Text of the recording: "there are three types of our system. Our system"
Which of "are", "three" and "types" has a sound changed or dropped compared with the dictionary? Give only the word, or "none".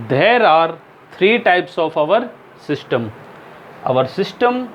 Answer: three